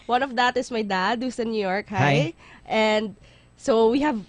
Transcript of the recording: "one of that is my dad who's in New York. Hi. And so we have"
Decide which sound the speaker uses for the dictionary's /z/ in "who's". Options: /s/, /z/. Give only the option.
/s/